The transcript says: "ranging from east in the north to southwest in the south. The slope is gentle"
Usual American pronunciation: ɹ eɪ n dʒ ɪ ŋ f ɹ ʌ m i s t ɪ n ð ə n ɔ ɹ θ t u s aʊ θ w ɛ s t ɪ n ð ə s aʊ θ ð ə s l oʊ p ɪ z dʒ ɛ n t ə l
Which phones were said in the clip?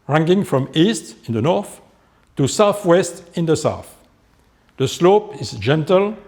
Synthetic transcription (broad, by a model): ɹ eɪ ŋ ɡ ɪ ŋ f ɹ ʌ m i s t ɪ n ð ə n ɔ ɹ θ t u s aʊ θ w ɛ s t ɪ n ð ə s aʊ θ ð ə s l oʊ p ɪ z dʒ ɛ n t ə l